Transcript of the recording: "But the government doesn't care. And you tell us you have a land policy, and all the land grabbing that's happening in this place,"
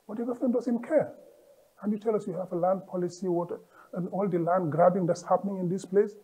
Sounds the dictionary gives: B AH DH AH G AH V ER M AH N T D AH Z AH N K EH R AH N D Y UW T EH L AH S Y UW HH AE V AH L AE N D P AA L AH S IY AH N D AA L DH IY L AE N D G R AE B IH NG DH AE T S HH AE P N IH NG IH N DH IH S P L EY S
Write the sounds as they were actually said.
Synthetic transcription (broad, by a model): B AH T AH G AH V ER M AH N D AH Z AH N K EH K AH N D Y UW T EH L AH S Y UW HH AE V AH L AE N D P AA L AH S IY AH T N AA L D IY L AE N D G R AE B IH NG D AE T S HH AE P N IH NG IH N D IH S P L EY S